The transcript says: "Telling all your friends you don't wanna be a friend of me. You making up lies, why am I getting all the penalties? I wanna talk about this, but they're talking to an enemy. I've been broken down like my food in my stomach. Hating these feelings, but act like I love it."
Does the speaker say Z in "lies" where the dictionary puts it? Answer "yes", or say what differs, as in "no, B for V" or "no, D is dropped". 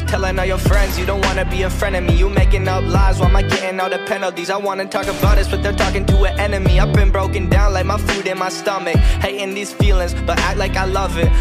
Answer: yes